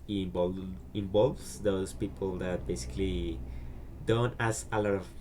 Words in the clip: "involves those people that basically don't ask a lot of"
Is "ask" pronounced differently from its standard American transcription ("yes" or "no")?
yes